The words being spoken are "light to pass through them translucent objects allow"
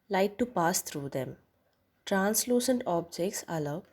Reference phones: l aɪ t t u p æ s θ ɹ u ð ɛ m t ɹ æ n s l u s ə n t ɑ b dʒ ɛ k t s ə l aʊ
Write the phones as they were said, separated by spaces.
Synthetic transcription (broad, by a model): l aɪ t t u p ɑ s t ɹ u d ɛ m t ɹ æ n s l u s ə n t ɑ b dʒ ɛ k t s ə l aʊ